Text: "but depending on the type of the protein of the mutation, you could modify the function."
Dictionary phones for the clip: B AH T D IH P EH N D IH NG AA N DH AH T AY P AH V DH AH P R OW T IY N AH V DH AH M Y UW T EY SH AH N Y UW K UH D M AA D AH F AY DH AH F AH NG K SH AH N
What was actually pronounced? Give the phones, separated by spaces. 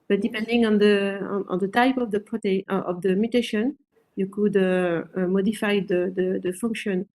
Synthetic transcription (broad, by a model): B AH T D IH P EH N D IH NG AA N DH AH T AY P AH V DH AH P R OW T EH AH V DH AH M Y UW T EY SH AH N Y UW K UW D M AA D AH F AY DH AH F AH NG K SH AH N